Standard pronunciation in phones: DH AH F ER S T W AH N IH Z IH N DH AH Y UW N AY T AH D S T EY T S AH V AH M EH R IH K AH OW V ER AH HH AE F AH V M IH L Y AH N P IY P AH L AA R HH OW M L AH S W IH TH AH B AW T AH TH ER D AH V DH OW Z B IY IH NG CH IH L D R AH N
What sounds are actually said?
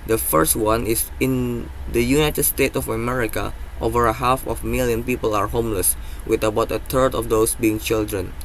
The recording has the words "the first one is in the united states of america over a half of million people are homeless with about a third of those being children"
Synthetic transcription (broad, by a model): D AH F ER S T W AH N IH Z IH N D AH Y UW N AY T AH D S T EY T AH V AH M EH R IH K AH OW V ER AH HH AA F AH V M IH L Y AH N P IY P AH L AA R HH OW M L AH S W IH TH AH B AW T AH T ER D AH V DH OW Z B IY IH NG CH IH L D R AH N